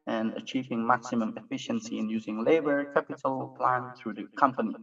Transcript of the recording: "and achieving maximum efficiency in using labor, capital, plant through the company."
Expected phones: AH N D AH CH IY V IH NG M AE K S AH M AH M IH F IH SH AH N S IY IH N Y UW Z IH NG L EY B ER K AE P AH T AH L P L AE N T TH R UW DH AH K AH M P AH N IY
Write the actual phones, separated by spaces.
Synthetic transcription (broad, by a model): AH N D AH CH IY V IH NG M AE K S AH M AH M IH F IH SH AH N S IY IH N Y UW Z IH NG L EY B ER K AE P AH T AH L P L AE N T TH R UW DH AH K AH M P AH N IY